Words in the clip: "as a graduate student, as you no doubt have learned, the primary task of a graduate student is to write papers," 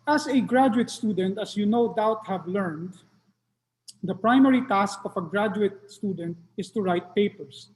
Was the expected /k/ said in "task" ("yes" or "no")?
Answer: yes